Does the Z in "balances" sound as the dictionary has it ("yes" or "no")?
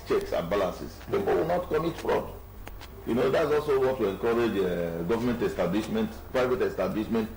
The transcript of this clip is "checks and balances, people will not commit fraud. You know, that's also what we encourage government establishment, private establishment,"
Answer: no